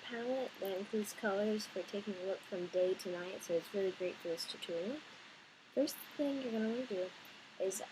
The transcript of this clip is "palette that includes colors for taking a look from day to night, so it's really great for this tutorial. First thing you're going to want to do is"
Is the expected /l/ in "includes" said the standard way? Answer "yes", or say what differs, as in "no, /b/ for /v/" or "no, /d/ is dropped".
no, /l/ is dropped